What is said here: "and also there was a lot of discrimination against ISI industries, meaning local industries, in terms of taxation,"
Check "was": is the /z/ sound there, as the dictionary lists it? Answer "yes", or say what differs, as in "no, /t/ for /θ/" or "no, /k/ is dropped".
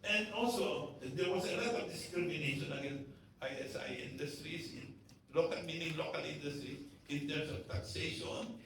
no, /s/ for /z/